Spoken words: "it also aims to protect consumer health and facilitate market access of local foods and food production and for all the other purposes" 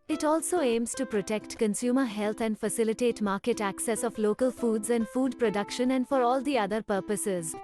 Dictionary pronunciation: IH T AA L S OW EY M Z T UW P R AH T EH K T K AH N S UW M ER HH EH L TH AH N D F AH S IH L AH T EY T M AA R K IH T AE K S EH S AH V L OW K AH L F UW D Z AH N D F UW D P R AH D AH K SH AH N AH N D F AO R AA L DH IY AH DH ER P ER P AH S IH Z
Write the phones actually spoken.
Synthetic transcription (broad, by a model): IH T AA L S OW EY M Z T UW P R AH T EH K T K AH N S UW M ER HH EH L T AH N D F AH S IH L AH T EY T M AA R K IH T AE K S EH S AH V L OW K AH L F UW D Z AH N D F UW D P R AH D AH K SH AH N AH N D F AO R AA L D IY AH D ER P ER P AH S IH Z